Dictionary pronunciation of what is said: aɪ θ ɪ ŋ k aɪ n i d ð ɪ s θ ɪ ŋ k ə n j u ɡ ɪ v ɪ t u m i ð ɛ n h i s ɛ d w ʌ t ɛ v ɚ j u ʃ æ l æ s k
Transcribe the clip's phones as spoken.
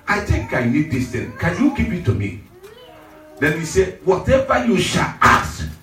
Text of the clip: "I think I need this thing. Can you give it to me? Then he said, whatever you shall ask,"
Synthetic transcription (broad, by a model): aɪ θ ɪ ŋ k aɪ n i d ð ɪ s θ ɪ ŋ k ə n j u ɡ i p ɪ t u m i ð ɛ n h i s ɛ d w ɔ t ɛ v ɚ j u ʃ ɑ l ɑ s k